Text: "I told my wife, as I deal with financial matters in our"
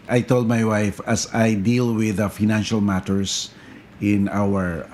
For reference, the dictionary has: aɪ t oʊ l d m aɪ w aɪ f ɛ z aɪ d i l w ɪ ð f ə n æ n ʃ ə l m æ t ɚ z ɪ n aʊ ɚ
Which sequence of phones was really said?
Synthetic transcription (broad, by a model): aɪ t oʊ l d m aɪ w aɪ f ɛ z aɪ d i l w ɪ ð f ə n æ n ʃ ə l m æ t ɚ s ɪ n aʊ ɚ